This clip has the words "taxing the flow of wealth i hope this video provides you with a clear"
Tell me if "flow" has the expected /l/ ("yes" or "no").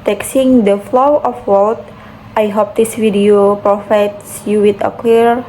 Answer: yes